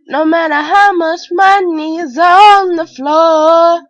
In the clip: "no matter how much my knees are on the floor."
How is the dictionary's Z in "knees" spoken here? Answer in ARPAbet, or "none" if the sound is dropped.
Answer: Z